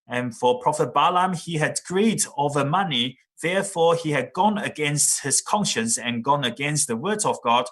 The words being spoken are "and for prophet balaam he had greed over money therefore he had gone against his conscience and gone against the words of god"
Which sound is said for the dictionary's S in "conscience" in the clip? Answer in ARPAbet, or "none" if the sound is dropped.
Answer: S